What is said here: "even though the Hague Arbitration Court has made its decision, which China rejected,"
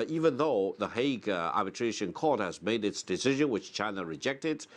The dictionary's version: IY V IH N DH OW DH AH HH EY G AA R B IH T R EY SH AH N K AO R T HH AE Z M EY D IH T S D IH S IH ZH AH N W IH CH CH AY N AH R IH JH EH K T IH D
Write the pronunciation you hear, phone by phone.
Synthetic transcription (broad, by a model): IY V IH N DH OW DH AH HH EY G AA R B IH T R EY SH AH N K AO R T HH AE Z M EY D IH T S D IH S IH ZH AH N W IH CH CH AY N AH R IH JH EH K T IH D